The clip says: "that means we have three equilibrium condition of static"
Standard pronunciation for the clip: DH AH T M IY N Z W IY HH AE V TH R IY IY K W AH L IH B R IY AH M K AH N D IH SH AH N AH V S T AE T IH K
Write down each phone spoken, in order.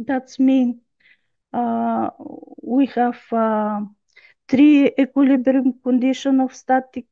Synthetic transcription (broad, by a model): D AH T M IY N W IY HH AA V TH R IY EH K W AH L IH B R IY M K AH N D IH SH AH N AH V S T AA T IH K